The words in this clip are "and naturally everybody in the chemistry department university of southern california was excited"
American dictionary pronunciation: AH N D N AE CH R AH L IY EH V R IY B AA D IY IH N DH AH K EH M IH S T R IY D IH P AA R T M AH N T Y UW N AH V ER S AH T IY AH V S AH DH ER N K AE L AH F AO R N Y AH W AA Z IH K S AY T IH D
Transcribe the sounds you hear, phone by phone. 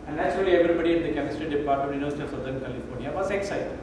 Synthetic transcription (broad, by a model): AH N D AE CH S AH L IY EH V R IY B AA D IY IH N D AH K EH M IH S T R IY D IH P AA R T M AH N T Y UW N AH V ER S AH T IY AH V S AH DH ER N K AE L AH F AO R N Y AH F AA S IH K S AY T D